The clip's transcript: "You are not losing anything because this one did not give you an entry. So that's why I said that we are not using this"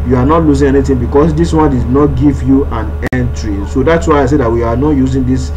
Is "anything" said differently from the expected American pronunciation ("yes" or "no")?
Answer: yes